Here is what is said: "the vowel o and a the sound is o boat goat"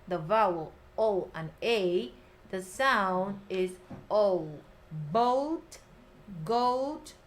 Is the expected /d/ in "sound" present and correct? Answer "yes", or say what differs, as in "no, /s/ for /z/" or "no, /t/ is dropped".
yes